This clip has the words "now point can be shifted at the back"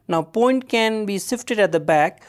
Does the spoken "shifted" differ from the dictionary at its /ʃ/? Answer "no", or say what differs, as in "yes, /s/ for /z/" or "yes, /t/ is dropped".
yes, /s/ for /ʃ/